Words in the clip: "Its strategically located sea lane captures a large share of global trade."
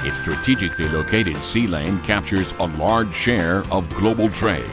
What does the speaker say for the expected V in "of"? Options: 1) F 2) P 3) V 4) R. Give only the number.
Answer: 3